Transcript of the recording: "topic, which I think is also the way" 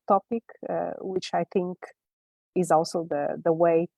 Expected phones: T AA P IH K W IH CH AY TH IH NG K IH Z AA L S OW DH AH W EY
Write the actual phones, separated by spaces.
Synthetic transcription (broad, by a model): T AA P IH K W IH CH AY TH IH NG K IH Z AA L S OW DH AH W EY